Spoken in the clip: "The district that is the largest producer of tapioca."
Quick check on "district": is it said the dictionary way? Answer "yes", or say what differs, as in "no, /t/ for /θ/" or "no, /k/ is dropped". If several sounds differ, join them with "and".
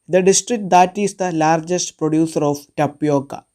yes